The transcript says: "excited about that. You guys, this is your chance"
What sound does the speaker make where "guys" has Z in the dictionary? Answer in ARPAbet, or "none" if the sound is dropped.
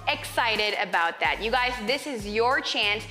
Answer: Z